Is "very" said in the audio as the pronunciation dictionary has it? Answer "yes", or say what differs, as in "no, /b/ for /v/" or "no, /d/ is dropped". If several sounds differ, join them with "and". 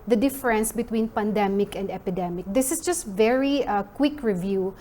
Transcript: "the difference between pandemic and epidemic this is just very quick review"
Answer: yes